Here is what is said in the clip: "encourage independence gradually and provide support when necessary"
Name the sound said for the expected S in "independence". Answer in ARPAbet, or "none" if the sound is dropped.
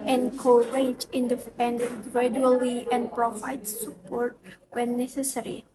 none